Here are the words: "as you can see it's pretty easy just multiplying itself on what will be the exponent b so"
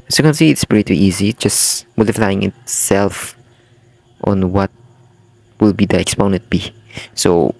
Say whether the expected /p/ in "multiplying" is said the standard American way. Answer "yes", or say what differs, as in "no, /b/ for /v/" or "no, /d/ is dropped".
no, /f/ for /p/